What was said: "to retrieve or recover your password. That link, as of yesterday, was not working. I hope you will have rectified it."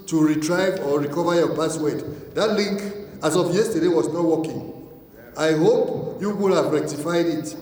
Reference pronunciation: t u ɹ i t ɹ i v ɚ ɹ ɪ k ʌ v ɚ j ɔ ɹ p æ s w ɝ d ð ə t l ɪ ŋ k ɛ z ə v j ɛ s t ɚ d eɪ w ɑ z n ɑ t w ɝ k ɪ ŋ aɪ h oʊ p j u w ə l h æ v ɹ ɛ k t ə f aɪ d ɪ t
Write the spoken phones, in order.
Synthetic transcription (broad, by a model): t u ɹ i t ɹ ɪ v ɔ ɹ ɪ k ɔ v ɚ j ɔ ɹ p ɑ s w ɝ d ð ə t l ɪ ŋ k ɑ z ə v j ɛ s t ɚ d eɪ w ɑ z n ɑ t w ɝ k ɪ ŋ aɪ h oʊ p j u w ə l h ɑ v ɹ ɛ k t ə f aɪ d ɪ t